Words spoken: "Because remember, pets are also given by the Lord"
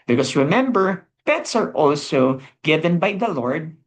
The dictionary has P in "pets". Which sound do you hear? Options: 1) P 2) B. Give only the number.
2